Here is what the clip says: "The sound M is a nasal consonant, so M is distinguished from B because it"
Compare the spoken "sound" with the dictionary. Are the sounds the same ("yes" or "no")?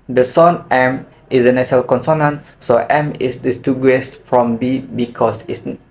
no